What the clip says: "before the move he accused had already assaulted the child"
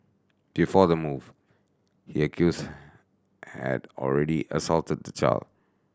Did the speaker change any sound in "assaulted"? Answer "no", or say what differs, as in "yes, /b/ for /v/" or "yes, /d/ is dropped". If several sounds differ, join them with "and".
no